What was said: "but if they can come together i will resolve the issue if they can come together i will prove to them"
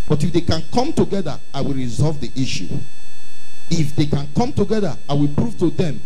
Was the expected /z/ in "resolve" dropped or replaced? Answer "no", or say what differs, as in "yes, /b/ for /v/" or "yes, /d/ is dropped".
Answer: no